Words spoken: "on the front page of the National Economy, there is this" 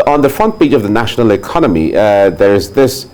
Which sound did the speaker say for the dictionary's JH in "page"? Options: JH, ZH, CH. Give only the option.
CH